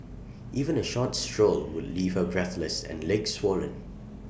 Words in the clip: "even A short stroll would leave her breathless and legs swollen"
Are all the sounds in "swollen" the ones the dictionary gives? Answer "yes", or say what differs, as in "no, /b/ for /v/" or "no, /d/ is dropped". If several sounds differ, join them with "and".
yes